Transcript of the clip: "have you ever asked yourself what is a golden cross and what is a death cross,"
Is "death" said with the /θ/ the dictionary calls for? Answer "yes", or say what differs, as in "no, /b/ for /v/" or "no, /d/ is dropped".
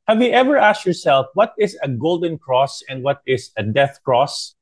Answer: yes